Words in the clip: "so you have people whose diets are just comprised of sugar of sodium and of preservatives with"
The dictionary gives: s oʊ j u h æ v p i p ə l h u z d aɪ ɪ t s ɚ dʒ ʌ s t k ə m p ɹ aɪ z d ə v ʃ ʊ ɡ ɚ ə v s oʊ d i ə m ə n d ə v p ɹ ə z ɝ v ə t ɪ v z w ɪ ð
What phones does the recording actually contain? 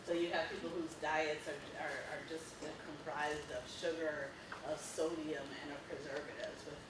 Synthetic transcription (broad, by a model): s oʊ j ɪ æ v p i p l h u z d aɪ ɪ t s ɚ dʒ ʌ s t k ə m p ɹ aɪ z d ə v ʃ ʊ ɡ ɚ ə v s oʊ d i ə m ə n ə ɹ p ɹ ə z ɝ v ə t ɪ v z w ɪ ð